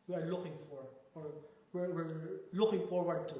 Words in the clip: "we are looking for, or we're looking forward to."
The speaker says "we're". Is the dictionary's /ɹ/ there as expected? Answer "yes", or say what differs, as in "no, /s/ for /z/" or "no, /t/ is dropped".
no, /w/ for /ɹ/